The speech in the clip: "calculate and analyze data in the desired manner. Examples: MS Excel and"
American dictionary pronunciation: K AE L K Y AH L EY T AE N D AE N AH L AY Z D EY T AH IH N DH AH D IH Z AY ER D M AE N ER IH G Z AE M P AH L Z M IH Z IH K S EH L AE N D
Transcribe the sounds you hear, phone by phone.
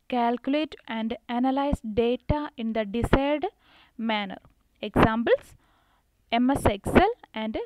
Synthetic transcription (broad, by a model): K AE L K Y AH L EY T AE N D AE N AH L AY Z D EY T AH IH N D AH D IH S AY D M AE N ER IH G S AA M B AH L S M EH S IH K S EH L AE N D